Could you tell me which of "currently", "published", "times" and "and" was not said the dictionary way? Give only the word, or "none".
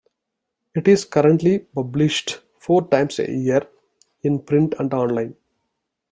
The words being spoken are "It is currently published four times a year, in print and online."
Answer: times